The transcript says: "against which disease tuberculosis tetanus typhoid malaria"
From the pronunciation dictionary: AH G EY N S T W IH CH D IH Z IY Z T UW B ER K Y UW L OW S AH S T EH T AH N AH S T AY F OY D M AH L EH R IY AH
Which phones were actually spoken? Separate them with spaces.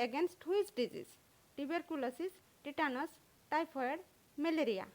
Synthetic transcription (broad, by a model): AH G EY N S T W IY S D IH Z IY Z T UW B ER K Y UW L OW S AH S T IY T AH N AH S T AY P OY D M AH L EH R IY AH